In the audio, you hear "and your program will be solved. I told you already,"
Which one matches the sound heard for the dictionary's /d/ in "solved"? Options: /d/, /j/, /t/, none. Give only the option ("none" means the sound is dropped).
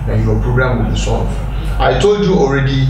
none